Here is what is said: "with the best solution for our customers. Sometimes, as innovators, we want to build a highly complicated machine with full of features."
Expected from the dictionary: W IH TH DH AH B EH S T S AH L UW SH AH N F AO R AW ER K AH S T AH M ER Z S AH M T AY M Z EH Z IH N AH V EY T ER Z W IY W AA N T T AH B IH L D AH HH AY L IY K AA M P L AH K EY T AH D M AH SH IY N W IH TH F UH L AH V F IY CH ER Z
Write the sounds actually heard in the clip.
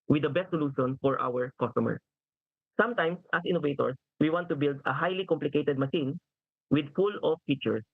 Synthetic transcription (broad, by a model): W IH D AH B EH S T S AH L UW SH AH N F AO R AW ER K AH S T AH M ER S S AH M T AY M S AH S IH N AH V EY T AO S W IY W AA N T T AH B IH L D AH HH AY L IY K AA M P L AH K EY T AH D M AH SH IY N W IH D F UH L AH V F IY CH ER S